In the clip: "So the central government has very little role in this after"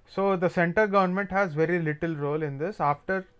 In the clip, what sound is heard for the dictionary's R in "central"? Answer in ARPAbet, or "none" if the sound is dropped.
none